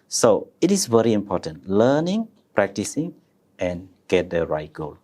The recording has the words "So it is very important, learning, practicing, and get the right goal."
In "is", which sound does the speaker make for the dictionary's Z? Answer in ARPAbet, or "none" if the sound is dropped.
S